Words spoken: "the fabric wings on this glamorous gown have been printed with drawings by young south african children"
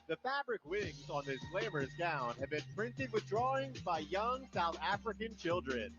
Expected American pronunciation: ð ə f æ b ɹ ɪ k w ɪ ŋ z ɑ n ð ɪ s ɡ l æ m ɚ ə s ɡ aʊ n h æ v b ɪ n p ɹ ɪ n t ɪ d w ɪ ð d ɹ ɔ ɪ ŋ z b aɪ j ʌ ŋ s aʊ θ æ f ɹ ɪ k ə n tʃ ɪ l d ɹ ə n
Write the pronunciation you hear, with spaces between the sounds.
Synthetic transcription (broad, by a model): ð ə f æ b ɹ ɪ k w ɪ ŋ z n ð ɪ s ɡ l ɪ m ɚ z ɡ aʊ n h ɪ v b ɪ n p ɹ ɪ n t ɪ d w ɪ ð d ɹ ɔ ɪ ŋ z b aɪ j ʌ ŋ s aʊ θ æ f ɹ ɪ k ə n tʃ ɪ l d ɹ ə n